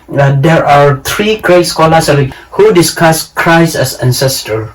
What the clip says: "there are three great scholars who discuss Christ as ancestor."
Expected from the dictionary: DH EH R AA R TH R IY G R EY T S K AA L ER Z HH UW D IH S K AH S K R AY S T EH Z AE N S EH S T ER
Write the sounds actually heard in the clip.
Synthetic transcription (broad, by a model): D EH R AA R T R IY G R EY T S K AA L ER S HH UW D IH S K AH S K R AY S EH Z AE N S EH S T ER